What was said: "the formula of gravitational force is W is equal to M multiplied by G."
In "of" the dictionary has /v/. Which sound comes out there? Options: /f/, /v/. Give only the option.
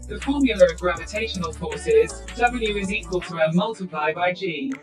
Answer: /v/